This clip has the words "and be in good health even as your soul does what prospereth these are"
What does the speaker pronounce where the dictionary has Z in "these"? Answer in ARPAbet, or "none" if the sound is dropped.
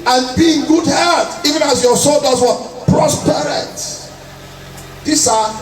S